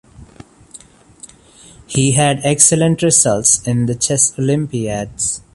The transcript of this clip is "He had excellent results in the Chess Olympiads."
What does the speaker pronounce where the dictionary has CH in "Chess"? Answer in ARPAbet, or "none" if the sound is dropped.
CH